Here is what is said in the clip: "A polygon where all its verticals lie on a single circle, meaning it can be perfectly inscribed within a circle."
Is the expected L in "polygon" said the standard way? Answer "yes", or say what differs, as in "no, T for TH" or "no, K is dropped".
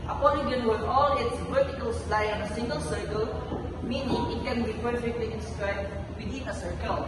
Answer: no, N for L